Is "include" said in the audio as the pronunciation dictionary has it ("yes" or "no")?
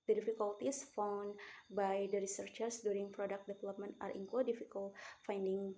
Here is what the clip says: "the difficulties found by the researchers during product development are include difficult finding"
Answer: no